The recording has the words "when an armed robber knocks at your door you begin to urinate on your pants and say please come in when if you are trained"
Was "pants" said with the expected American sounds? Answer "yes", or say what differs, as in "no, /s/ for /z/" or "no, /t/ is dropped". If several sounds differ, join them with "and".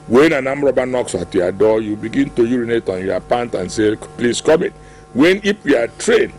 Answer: no, /s/ is dropped